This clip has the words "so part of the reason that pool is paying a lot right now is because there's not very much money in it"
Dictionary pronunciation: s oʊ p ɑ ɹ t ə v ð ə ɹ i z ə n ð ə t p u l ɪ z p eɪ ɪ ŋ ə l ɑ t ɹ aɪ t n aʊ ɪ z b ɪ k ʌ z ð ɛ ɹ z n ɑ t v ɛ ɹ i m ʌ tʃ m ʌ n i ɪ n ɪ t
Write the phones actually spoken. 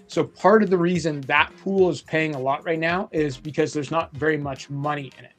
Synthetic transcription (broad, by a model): s oʊ p ɑ ɹ t ə v ð ə ɹ i z ə n ð ə t p u l ɪ z p eɪ ɪ ŋ ə l ɑ t ɹ aɪ t n aʊ ɪ z b ɪ k ʌ z ð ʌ ɹ z n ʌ t v ɛ ɹ i m ʌ tʃ m ʌ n i ɪ n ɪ t